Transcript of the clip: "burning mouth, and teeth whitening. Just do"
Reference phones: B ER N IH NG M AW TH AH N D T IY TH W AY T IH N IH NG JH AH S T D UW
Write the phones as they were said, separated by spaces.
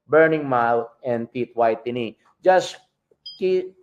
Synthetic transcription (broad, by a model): B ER N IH NG M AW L AH N D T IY T W AY T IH N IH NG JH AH S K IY